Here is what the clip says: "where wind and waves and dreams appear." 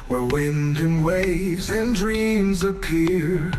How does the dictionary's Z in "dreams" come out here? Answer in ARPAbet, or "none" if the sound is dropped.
Z